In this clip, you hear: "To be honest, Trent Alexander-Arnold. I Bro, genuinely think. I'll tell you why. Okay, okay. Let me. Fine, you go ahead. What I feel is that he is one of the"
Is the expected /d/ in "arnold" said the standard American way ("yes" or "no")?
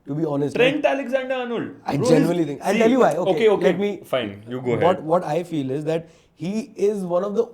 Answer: no